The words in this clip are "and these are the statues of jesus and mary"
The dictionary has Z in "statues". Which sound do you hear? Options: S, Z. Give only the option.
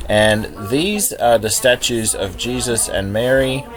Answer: Z